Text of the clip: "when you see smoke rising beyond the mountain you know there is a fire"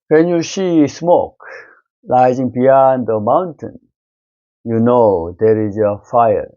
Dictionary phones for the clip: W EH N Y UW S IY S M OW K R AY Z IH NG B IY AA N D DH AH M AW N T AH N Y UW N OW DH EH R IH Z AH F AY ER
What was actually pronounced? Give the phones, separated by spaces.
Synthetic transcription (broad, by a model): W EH N Y UW S IY S M OW K L AY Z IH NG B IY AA N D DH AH M AW N T AH N Y UW N OW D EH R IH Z AH F AY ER